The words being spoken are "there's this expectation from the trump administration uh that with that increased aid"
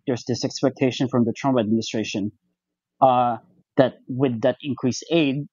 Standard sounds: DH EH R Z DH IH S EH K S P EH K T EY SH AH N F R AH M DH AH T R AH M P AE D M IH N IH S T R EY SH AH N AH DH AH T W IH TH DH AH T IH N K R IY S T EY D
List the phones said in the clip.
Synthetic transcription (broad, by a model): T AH R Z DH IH S EH K S P EH K T EY SH AH N F R AH M DH AH T R AH M P AE D M IH N IH S T R EY SH AH N DH AH T W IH DH AH T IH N K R IY S EY D